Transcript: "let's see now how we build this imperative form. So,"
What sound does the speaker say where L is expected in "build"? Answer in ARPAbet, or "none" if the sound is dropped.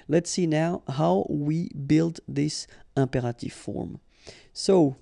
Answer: L